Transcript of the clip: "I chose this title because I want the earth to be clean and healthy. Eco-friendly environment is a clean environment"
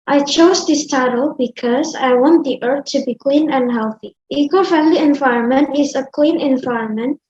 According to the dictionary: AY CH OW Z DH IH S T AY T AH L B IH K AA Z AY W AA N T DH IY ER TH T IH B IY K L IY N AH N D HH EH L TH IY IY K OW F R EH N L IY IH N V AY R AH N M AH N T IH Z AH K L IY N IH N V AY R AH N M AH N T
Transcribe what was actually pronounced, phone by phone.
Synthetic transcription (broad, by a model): AY CH OW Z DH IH S T AY T AH L B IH K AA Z AY W AA N T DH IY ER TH T IH B IY K L IY N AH N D HH EH L TH IY IY K OW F EH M L IY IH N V AY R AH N M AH N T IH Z AH K L IY N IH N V AY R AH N M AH N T